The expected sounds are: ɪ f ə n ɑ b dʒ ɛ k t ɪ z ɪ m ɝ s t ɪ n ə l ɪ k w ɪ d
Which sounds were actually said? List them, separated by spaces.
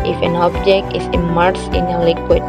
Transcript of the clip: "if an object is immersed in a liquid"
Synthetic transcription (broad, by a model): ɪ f ə n ɑ b dʒ ɛ k t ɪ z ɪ m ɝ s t ɪ n ə l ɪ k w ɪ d